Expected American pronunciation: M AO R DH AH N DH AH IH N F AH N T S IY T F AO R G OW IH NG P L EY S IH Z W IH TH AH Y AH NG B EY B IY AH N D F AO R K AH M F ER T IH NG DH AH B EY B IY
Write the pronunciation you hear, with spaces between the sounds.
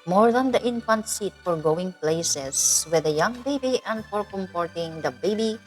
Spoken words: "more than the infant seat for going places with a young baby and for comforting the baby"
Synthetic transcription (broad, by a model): M AO R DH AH N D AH IH N F AH N T S IY T F AO R G OW IH NG P L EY S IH S W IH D AH Y AH NG B EY B IY AH N D F AO R K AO M P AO T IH NG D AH B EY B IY